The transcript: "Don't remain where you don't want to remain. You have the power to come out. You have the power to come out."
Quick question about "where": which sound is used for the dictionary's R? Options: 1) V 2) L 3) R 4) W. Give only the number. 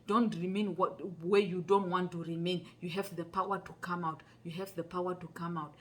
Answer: 4